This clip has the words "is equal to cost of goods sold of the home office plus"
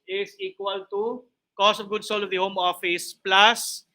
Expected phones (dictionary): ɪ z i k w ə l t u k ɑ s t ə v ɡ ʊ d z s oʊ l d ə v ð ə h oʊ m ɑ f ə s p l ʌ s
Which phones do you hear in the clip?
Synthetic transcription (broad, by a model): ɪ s i k w ə l t u k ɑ s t ə v ɡ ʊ d s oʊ l ə v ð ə h oʊ m ɑ f ə s p l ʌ s